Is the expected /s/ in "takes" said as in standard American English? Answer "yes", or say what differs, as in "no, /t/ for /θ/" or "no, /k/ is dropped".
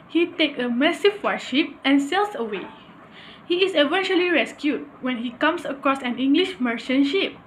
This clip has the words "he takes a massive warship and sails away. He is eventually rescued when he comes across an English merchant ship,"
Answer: no, /s/ is dropped